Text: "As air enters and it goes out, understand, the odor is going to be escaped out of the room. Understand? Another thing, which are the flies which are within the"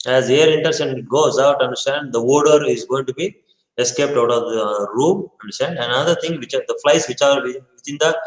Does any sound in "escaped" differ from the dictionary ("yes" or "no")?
no